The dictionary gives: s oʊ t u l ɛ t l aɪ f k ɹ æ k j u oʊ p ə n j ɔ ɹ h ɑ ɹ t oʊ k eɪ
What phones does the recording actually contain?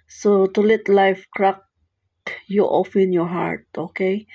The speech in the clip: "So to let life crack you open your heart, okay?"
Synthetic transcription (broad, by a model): s oʊ t u l ɛ t l aɪ f k ɹ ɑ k j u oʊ f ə n j ɔ ɹ h ɑ ɹ t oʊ k eɪ